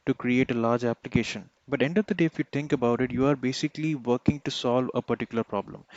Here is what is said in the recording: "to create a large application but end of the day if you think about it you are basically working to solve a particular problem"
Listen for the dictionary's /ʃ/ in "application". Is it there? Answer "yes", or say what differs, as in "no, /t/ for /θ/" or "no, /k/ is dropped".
yes